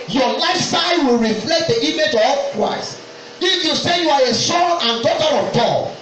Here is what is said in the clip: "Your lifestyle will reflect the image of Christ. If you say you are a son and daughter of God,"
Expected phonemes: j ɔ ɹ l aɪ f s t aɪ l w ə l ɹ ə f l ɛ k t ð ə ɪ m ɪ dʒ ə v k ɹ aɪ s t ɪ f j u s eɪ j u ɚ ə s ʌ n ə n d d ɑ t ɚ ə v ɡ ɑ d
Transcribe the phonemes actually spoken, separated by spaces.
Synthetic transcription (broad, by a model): j ɔ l aɪ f s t aɪ w ə l ɹ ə f l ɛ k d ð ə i m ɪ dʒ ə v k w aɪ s ɪ f j u s eɪ j u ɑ ə s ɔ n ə n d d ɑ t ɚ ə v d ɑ